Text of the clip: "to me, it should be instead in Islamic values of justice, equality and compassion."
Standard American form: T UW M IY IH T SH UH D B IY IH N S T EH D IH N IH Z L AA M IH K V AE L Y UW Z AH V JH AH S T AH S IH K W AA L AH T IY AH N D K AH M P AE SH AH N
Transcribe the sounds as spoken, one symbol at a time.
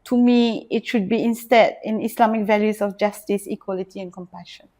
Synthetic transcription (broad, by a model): T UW M IY IH T SH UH D B IY IH N S T EH D IH N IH S L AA M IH K V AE L Y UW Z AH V JH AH S T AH S IH K W AA L AH T IY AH N K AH M P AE SH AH N